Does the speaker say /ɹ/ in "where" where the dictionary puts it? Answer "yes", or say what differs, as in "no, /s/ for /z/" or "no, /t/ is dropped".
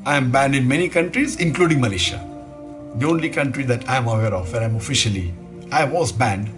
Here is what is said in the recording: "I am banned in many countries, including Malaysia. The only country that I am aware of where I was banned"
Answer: no, /l/ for /ɹ/